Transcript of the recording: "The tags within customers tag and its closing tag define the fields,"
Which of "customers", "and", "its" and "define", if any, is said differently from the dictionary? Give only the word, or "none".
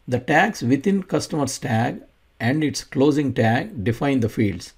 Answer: customers